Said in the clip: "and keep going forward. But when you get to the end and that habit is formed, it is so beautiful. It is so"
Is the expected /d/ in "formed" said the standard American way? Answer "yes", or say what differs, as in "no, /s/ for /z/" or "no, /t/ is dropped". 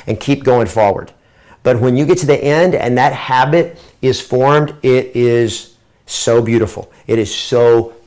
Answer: yes